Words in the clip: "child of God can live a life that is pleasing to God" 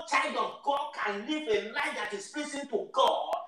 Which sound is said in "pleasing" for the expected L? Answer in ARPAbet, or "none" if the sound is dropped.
none